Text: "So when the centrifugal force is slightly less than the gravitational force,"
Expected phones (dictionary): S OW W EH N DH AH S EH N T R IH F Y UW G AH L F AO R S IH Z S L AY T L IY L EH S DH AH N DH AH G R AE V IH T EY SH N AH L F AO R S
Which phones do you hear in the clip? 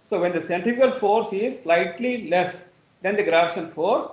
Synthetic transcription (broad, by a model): S OW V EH N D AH S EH N T IH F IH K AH L F AO R S IH Z S L AY T L IY L EH S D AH N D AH G R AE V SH AH N F AO R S